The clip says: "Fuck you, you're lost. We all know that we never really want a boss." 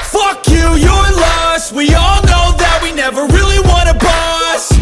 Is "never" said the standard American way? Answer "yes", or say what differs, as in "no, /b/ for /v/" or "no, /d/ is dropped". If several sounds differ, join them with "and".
yes